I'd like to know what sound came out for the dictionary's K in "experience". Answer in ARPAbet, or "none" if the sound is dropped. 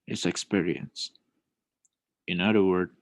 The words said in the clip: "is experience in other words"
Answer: K